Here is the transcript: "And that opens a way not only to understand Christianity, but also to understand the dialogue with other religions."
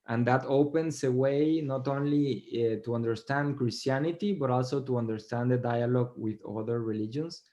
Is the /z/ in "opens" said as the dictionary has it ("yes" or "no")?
no